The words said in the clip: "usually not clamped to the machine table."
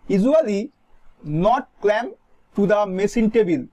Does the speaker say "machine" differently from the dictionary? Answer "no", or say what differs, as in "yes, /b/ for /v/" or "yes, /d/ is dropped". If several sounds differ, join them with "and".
yes, /s/ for /ʃ/